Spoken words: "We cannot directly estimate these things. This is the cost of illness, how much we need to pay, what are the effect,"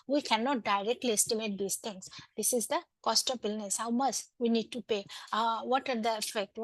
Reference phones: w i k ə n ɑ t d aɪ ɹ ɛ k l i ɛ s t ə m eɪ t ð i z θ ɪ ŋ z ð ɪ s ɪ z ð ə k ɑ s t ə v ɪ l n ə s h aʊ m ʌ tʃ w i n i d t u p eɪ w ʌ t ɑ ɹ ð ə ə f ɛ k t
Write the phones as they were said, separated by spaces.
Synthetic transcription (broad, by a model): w i k ə n ɑ t d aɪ ɹ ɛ k l i ɛ s t ə m eɪ t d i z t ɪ ŋ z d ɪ s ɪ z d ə k ɑ s t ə b ɪ l n ə s h aʊ m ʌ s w i n i d t u p eɪ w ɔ t ɑ ɹ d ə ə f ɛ k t